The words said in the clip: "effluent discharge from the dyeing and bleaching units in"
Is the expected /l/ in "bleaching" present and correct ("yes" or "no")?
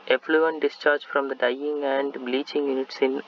yes